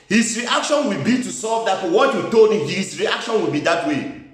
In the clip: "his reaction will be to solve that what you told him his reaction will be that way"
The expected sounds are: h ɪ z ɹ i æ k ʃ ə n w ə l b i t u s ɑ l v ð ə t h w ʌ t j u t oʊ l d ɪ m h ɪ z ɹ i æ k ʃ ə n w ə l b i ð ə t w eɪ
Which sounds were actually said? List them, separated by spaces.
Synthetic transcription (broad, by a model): h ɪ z ɹ i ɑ k ʃ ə n w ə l b i t u s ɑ v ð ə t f w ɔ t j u t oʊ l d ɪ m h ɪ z ɹ i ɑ k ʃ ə n w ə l b i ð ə t w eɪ